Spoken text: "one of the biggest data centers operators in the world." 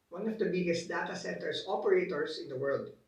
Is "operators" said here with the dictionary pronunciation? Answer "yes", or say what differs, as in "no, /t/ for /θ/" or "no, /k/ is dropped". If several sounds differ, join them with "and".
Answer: no, /s/ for /z/